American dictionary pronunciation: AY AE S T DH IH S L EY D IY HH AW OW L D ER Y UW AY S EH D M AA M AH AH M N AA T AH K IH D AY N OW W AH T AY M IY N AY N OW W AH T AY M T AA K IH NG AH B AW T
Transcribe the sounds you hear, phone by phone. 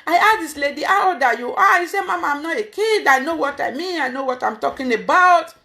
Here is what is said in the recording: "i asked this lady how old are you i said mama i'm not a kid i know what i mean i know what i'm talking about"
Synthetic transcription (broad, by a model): AY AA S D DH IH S L EY D IY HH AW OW D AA Y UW AY S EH M AA M AH AH M N AA T AH K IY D AY N OW W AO T AY M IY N AY N OW W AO T AY M T AA K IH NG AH B AW T